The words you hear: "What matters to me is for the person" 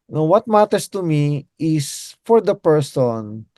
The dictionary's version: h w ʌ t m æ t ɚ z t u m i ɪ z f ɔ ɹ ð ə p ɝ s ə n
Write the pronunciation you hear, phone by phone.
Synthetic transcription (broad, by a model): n w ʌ t m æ t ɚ s t u m i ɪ s f ɔ ɹ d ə p ɝ s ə n